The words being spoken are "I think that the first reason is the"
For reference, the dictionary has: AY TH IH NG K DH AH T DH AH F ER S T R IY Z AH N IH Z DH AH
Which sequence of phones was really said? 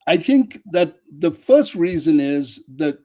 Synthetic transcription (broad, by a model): AY TH IH NG K DH AH T DH AH F ER S T R IY Z AH N IH Z DH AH